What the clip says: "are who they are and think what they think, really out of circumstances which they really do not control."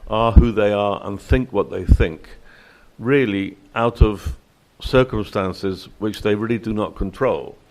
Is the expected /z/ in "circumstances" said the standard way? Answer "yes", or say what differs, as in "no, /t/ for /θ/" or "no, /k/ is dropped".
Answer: yes